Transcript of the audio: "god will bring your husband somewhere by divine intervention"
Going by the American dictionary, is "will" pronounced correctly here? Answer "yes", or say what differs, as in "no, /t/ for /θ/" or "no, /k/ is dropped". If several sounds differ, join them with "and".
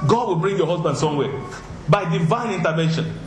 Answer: yes